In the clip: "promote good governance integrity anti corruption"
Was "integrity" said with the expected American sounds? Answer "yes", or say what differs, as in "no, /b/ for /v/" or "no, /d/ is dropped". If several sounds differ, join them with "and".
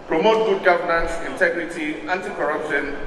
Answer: yes